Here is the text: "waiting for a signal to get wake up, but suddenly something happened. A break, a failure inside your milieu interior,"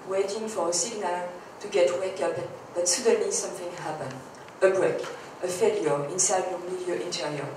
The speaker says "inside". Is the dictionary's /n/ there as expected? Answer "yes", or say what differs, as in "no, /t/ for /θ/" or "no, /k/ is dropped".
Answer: yes